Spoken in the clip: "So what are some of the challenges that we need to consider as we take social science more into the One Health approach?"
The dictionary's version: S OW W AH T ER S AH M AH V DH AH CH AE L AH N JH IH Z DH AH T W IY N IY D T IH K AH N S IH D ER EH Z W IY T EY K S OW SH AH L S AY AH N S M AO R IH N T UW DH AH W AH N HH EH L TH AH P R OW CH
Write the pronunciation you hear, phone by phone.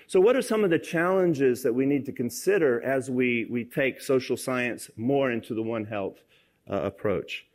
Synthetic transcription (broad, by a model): S OW W AH T ER S AH M AH V DH AH CH AE L AH N JH IH Z DH AH T W IY N IY D T IH K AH N S IH D ER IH Z W IY T EY K S OW SH L S AY AH N S M AO R IH N T UW DH AH W AH N HH EH L TH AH P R OW CH